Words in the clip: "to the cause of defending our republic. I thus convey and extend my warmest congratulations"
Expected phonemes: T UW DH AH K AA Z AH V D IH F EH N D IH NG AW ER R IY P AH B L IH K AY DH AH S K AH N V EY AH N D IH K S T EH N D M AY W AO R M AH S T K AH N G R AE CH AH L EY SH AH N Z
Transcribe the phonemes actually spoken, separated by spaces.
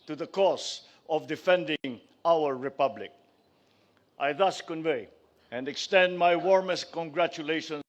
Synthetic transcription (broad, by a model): T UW DH AH K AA S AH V D IH F EH N D IH NG AW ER R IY P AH B L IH K AY DH AH S K AH N V EY AH N D IH K S T EH N D M AY W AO R M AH S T K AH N G R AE CH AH L EY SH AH N